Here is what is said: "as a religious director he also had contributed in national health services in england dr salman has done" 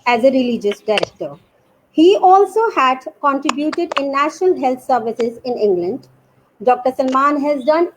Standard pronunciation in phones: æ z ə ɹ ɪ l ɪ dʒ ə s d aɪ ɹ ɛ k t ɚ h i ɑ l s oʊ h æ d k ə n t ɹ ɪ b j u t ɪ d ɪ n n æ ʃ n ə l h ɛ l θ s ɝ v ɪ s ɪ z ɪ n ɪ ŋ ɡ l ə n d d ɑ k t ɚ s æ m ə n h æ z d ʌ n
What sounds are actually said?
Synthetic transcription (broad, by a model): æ z ə ɹ ɪ l ɪ dʒ ə s d aɪ ɹ ɛ k t ɚ h i ɑ l s oʊ h æ d k ə n t ɹ ɪ b j u t ɪ d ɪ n n æ ʃ n ə l h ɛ l t s ɝ v ɪ s ɪ z ɪ n ɪ ŋ ɡ l ə n d d ɑ k t ɚ s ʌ m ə n h æ z d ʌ n